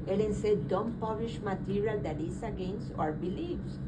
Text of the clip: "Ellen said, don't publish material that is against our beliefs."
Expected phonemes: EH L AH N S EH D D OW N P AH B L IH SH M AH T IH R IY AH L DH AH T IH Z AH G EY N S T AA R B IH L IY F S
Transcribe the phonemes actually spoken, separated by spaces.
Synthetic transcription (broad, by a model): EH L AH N S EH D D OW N P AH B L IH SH M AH T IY R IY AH L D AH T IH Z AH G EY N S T AA R B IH L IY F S